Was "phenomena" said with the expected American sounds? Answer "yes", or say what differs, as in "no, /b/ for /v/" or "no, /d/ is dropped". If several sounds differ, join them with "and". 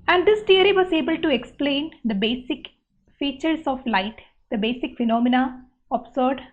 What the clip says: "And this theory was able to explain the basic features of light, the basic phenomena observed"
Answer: yes